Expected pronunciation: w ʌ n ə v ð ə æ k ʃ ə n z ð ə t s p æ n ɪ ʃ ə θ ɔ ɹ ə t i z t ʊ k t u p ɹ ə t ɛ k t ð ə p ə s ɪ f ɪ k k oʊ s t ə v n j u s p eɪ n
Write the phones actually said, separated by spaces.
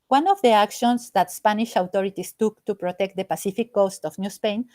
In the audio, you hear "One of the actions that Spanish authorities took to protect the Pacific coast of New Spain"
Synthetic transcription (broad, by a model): w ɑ n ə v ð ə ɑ k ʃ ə n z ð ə t s p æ n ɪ ʃ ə t ɔ ɹ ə t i s t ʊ k t u p ɹ ə t ɛ k t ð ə p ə s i f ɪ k k oʊ s t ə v n j u s p eɪ n